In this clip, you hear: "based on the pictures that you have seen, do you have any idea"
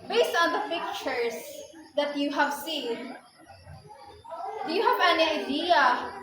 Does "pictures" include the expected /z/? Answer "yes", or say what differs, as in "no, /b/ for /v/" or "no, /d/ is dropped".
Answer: no, /s/ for /z/